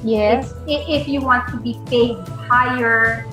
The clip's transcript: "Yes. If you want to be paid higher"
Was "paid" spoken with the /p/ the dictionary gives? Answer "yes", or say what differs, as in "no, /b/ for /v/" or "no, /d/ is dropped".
no, /f/ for /p/